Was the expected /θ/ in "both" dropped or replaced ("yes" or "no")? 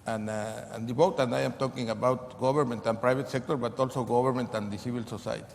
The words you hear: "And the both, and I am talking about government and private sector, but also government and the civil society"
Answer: yes